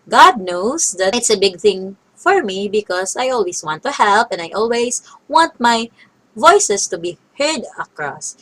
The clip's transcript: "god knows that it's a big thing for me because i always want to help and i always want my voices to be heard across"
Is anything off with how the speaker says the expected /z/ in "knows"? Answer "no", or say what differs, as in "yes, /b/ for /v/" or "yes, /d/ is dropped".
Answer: yes, /s/ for /z/